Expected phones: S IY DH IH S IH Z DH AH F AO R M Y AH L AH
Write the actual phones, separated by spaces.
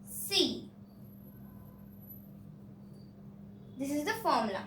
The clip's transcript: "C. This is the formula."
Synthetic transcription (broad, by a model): S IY DH IH S IH Z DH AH F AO R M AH L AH